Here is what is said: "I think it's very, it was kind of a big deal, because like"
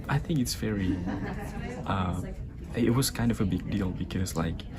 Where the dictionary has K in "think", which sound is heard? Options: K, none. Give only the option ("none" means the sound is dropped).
K